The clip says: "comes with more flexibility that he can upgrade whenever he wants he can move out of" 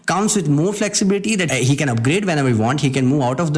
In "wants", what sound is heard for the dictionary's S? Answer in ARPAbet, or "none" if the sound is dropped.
none